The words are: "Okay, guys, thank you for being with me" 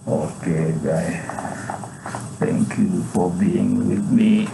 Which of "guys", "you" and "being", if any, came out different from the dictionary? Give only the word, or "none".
guys